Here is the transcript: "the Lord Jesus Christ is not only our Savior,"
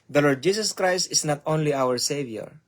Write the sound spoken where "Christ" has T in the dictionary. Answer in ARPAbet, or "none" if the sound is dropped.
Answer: T